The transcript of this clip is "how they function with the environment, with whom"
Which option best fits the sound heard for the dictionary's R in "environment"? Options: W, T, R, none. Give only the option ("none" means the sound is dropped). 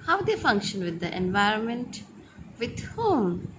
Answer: R